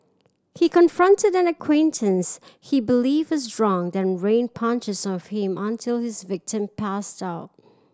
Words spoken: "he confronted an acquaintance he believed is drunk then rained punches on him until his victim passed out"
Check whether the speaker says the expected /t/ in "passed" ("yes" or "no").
yes